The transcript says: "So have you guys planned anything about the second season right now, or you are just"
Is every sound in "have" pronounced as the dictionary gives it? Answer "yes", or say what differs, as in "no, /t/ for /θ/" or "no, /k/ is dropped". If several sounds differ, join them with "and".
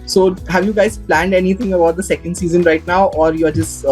yes